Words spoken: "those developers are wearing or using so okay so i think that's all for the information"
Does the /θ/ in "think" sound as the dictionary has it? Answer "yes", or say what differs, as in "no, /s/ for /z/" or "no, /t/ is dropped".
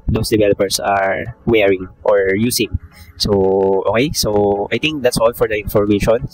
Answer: no, /t/ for /θ/